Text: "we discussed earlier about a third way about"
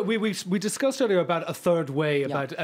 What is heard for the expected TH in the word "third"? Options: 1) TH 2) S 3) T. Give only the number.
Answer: 1